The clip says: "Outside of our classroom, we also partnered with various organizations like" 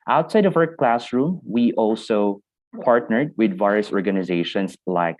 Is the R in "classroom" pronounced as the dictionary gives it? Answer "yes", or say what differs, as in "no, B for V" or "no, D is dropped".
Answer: yes